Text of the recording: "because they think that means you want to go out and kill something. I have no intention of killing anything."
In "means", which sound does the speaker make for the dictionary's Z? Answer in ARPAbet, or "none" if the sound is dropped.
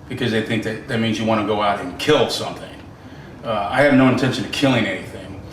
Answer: Z